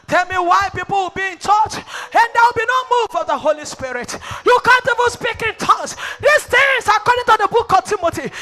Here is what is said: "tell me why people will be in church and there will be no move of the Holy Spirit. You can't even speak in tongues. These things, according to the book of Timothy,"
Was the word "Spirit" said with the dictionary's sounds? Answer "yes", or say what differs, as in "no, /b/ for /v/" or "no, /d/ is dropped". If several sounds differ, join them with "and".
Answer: yes